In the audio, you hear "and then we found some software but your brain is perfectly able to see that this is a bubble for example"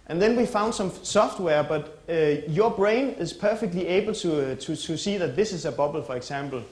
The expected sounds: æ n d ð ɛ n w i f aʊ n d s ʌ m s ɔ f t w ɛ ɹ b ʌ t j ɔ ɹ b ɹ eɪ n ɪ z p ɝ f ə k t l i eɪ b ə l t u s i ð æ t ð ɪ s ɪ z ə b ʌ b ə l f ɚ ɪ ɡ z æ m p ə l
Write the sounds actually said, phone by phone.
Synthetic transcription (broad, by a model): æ n ð ɛ n w i f aʊ n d s ʌ m s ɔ f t w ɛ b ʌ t j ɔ b ɹ eɪ n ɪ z p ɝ f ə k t l i eɪ b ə l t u s i ð æ t ð ɪ s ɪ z ə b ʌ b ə l f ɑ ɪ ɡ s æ m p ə l